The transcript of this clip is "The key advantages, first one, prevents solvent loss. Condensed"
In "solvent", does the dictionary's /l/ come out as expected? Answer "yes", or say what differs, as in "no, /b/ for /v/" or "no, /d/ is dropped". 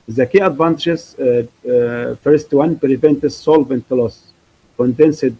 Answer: yes